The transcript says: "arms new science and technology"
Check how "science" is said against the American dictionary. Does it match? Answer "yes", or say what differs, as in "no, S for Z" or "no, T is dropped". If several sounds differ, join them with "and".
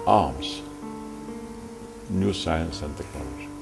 yes